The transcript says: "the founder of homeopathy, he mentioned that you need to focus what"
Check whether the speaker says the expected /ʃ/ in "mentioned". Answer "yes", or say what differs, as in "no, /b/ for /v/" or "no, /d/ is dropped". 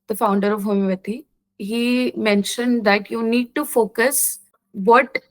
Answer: yes